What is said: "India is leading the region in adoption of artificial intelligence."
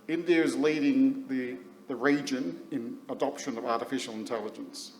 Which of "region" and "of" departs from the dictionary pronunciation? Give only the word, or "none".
none